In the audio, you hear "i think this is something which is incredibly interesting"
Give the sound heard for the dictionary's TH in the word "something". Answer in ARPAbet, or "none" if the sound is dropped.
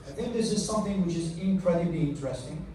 TH